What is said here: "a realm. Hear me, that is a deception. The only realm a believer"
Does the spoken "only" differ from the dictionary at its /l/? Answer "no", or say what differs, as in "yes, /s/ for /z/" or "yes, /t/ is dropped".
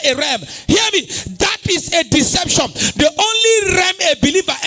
no